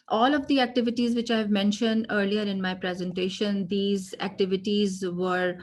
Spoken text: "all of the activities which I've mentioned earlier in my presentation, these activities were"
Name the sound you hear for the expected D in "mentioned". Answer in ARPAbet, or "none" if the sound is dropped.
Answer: D